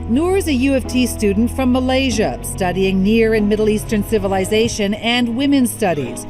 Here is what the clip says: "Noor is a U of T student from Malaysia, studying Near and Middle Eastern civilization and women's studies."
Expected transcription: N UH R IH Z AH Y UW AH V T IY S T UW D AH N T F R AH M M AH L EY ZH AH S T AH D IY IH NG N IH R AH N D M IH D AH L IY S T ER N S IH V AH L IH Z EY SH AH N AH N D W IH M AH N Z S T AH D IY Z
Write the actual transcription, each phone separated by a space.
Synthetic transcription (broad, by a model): N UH R IH Z AH Y UW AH F T IY S T UW D N T F R AH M M AH L EY ZH AH S T AH D IY IH NG N IH R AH N M IH D L IY S T ER N S IH V AH L IH Z EY SH AH N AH N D W IH M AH N S T AH D IY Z